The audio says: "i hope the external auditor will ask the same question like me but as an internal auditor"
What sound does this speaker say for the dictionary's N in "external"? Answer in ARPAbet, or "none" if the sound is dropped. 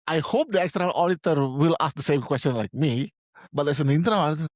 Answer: none